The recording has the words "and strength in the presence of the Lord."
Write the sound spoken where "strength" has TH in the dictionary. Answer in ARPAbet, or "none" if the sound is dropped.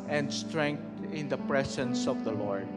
T